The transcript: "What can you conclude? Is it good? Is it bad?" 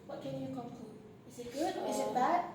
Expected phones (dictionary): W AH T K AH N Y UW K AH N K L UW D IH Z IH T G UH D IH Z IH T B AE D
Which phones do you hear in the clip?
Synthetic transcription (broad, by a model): W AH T K AH N Y UW K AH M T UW IH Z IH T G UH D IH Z IH T B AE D